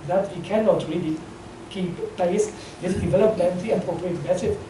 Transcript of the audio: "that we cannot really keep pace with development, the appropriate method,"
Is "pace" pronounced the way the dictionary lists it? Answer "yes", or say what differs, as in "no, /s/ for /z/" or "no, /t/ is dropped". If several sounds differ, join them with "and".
no, /b/ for /p/